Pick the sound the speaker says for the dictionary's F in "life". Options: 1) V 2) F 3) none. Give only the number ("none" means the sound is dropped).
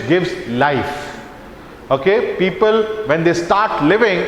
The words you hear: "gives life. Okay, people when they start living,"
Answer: 2